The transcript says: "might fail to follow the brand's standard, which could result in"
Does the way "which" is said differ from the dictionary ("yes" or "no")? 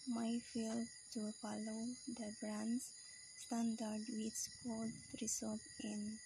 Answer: yes